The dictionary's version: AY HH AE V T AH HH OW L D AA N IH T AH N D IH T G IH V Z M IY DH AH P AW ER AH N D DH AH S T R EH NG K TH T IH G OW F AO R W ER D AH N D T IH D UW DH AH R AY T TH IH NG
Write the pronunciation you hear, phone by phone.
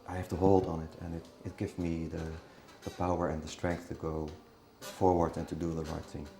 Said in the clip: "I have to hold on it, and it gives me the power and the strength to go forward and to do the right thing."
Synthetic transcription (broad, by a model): AY HH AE F T AH HH OW L D N IH T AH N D IH T G IH V Z M IY DH AH P AW ER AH N DH AH S T R EH NG K TH T IH G OW F AO R W ER D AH N T IH D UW DH AH R AY T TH IH NG